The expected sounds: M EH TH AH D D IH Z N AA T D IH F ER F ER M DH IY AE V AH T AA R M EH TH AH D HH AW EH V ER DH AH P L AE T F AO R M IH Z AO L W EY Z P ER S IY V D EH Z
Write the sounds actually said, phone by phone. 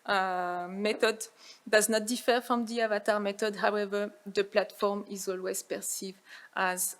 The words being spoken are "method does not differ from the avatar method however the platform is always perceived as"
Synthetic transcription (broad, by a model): M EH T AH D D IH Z N AA T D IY F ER F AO M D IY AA V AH T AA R M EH T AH D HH AW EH V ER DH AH P L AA T F AO R M IH Z AO L W EY Z P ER S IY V AA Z